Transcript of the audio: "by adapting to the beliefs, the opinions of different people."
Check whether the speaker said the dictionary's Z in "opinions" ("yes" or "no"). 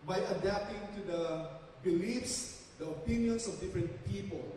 no